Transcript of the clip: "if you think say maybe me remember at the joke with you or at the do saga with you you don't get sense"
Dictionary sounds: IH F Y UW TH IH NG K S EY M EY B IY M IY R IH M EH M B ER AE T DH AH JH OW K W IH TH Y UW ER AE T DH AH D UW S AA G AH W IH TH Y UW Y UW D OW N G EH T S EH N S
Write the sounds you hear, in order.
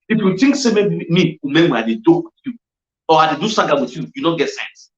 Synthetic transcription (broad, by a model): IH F Y UW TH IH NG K S EY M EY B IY M IY W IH M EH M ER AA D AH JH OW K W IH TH Y UW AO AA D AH D UW S AA G AH W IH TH Y UW Y UW D OW N G EH T S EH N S